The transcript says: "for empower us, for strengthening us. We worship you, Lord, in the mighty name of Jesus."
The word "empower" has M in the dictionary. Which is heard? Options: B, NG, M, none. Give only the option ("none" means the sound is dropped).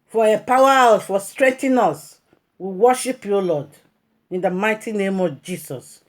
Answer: none